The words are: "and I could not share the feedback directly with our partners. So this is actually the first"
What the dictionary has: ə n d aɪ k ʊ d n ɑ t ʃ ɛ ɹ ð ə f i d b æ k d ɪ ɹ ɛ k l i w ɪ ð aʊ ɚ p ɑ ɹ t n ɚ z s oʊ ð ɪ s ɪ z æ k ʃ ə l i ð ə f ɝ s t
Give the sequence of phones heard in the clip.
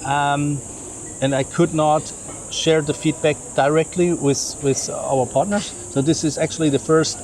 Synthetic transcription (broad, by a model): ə n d aɪ k ʊ d n ɑ t ʃ ɛ ɹ ð ə f i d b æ k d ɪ ɹ ɛ k l i w ɪ ð aʊ ɚ p ɑ ɹ t n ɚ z s oʊ ð ɪ s ɪ z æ k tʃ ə l i ð ə f ɝ s t